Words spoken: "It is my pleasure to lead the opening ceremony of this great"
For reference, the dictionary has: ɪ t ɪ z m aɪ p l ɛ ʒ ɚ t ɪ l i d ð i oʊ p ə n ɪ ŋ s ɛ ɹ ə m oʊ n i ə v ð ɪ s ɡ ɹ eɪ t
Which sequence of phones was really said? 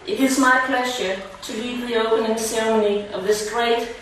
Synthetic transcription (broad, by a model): ɪ t ɪ z m aɪ p l ɛ ʒ ɚ t ɪ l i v ð i oʊ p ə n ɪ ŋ s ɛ ɹ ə m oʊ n i ə v ð ɪ s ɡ ɹ eɪ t